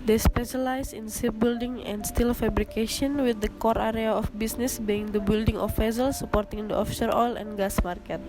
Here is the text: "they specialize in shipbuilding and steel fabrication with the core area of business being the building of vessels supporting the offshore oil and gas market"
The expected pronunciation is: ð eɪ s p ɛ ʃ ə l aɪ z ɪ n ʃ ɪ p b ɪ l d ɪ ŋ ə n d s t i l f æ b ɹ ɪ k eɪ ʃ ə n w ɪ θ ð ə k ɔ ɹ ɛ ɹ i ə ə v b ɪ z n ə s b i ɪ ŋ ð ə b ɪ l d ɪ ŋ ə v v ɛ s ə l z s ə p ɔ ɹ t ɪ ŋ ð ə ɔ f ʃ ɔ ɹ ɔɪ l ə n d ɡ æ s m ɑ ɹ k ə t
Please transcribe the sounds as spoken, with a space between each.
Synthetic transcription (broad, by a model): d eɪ s p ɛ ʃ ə l aɪ s ɪ n s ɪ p b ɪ l d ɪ ŋ ə n d s t i l f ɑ b ɹ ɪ k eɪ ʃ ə n w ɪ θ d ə k ɔ ɹ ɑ ɹ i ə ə f b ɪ s n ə s b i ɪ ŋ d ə b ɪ l d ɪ ŋ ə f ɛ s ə l s ə p ɔ ɹ t ɪ ŋ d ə ɔ f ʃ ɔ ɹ ɔɪ l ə n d ɡ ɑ s m ɑ ɹ k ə t